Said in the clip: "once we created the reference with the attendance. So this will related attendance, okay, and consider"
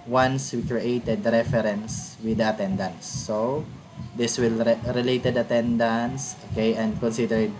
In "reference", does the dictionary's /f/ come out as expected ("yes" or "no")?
no